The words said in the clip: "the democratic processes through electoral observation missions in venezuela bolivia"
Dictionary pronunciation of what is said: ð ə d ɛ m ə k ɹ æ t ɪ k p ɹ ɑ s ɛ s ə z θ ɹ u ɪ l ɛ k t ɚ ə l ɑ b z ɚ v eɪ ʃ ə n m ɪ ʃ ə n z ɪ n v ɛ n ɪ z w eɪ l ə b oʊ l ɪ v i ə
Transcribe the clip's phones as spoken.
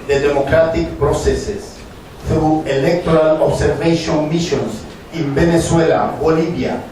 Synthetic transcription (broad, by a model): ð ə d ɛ m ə k ɹ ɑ t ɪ k p ɹ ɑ s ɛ s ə s θ ɹ u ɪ l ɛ k t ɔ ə l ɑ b s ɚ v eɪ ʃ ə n m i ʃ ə n s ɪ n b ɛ n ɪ s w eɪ l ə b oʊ l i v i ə